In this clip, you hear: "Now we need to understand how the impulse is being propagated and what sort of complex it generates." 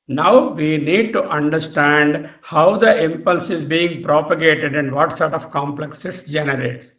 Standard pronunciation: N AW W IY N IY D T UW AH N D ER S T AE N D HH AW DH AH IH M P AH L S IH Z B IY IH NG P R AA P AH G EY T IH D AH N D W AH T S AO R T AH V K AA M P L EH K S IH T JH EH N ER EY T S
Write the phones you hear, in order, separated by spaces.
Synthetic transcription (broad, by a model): N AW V IY N IY D T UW AH N D ER S T AE N D HH AW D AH IH M P AH L S IH Z B IY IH NG P R AA P AH G EY T IH D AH N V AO T S AO R T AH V K AA M P L EH K S IH T JH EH N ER EY T S